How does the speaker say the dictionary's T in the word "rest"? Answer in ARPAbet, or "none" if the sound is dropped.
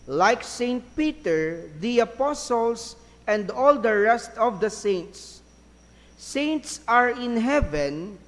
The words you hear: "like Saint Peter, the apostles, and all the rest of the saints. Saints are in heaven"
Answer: T